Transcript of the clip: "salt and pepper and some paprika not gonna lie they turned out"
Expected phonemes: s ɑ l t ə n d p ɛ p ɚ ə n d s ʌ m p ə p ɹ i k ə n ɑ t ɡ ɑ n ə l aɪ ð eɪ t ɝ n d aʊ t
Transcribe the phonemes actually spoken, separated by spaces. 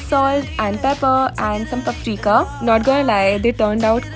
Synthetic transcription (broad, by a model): s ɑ l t ə n d p ɛ p ɚ ə n d s ʌ m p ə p ɹ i k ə n ɑ t ɡ ɑ n ə l aɪ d eɪ t ɝ n d aʊ t